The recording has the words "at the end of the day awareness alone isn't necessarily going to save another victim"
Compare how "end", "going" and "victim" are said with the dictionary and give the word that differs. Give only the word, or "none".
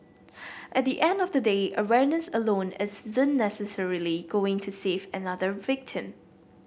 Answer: none